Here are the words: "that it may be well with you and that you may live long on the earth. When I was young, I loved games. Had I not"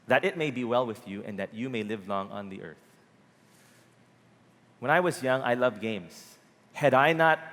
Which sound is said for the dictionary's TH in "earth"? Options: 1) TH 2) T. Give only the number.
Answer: 1